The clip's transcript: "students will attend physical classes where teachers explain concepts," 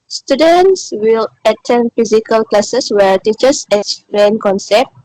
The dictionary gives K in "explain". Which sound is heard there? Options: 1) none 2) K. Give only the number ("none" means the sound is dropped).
1